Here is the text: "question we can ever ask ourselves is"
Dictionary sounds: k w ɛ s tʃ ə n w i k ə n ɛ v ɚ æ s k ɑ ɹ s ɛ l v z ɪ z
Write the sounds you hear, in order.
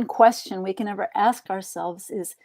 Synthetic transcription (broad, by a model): k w ɛ s tʃ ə n w i k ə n ɛ v ɚ æ s k ɑ ɹ s ɛ l v z ɪ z